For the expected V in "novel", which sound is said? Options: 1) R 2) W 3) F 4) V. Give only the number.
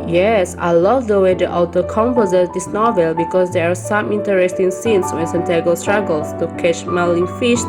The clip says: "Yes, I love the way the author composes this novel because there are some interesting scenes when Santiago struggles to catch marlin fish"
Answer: 4